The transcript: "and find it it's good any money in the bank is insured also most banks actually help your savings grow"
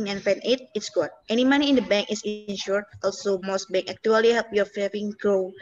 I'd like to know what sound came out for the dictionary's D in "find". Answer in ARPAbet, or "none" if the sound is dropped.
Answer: none